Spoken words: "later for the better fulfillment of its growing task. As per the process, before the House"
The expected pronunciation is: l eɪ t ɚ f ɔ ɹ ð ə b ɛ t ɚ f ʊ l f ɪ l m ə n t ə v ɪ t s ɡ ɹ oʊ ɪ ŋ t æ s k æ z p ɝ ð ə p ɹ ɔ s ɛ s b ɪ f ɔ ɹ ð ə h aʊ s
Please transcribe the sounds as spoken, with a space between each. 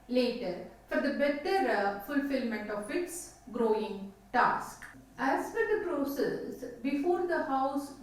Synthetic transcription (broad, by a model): l eɪ t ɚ f ɔ ɹ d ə b ɛ t ɚ f ʊ l f ɪ l m ə n t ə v ɪ t s ɡ ɹ oʊ ɪ ŋ t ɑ s k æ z f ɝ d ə p ɹ ɔ s ɛ s b ɪ f ɔ ɹ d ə h aʊ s